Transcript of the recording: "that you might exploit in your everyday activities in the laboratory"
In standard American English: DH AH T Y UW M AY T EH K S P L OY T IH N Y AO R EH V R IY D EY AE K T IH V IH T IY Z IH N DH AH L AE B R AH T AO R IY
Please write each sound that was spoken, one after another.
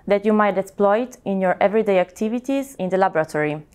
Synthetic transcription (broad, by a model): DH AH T Y UW M AY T EH K S P L OY T IH N Y AO R EH V R IY D EY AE K T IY V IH T IY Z IH N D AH L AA B R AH T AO R IY